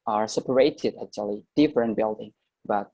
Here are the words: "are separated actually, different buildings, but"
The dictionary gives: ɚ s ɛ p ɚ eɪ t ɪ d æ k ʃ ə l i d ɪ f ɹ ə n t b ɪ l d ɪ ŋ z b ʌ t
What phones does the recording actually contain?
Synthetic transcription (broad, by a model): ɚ s ɛ p ɚ eɪ t ɪ d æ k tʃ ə l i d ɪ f ɹ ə n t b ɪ l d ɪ ŋ b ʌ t